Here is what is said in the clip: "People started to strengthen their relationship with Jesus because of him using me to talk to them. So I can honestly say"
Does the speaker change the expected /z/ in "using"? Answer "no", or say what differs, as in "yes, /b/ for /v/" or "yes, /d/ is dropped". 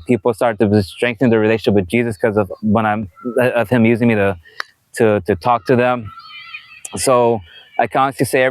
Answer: no